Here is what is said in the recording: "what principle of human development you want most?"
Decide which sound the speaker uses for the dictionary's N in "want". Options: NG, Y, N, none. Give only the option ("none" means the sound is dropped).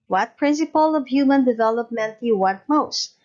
none